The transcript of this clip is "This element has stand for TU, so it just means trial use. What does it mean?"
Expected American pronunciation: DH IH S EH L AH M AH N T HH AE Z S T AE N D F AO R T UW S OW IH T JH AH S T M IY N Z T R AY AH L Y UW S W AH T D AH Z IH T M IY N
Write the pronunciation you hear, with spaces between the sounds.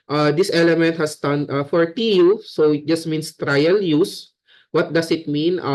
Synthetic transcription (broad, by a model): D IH S EH L AH M AH N T HH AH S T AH N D F AO R T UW S OW IH T JH AH S T M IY N S T R AY AH L Y UW S W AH T D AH S IH T M IY N